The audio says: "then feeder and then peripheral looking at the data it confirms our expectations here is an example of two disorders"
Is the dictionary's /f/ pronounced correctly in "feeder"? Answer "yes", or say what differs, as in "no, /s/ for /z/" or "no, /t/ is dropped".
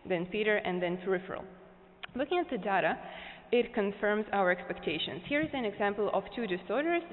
no, /p/ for /f/